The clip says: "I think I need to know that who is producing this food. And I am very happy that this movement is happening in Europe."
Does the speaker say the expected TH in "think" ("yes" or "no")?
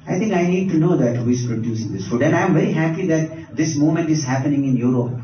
no